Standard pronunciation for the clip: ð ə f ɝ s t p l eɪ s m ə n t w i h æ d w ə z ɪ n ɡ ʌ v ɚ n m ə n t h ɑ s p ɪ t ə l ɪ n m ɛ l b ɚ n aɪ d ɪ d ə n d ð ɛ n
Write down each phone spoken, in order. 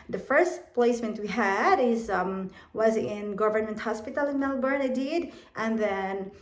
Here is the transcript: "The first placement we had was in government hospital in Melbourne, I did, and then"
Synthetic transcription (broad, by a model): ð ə f ɝ s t p l eɪ s m ə n t w i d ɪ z w ə z ɪ n ɡ ʌ v ɚ n m ə n t h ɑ s p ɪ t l ɪ n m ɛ l b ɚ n aɪ d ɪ d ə n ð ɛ n